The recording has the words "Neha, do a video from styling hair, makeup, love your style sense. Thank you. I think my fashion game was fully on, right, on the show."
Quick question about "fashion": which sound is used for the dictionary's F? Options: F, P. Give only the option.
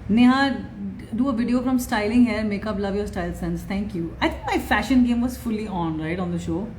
F